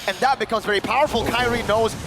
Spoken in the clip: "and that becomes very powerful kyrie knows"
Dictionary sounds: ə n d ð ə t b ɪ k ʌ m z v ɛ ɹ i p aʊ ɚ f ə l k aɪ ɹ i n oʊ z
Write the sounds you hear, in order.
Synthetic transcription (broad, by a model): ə n ð ə t b ɪ k ʌ m z v ɛ ɹ i p aʊ ɚ f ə l k aɪ ɹ i n oʊ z